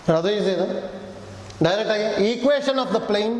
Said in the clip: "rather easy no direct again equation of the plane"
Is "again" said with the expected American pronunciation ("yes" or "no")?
no